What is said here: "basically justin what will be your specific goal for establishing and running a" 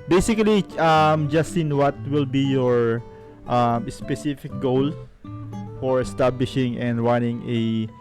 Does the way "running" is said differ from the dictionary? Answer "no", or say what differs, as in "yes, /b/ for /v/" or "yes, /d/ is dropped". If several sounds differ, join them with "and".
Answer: yes, /w/ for /ɹ/